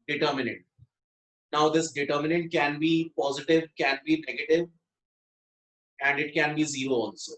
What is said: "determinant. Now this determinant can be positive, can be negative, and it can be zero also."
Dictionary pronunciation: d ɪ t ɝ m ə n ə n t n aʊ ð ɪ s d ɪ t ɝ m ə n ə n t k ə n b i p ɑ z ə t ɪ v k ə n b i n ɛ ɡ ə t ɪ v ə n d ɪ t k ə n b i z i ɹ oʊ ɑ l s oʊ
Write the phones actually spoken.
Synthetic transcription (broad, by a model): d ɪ t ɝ m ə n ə n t n aʊ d ɪ s d ɪ t ɝ m ə n ə n t k ə n b i p ɑ z ə t ɪ v k ə n b i n ɛ ɡ ə t ɪ v ə n d ɪ t k ə n b i z i ɹ oʊ ɑ l s oʊ